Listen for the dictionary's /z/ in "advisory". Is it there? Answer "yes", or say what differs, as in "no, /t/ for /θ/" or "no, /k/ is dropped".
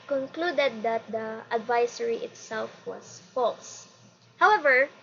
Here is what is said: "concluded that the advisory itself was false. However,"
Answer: no, /s/ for /z/